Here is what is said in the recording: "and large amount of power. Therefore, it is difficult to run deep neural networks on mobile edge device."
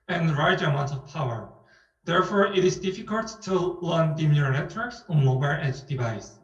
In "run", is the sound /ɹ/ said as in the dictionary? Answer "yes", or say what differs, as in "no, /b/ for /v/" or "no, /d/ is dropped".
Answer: no, /l/ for /ɹ/